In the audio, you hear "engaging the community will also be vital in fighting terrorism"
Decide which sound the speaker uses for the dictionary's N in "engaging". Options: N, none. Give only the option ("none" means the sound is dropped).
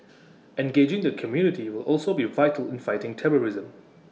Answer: N